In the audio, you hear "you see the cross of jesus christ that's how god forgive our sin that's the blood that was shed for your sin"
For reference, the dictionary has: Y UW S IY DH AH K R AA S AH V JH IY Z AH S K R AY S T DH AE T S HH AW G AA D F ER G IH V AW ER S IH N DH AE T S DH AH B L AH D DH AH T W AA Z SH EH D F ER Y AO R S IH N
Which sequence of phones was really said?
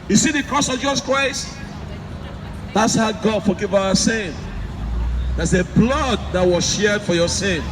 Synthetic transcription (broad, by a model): Y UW S IY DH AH K R AA S AH V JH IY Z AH S K R AY S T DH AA T S HH AW G AA D F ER G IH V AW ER S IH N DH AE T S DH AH B L AH D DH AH T W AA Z SH EH D F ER Y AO S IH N